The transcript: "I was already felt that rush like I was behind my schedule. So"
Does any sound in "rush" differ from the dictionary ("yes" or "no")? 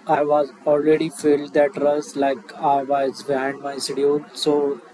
yes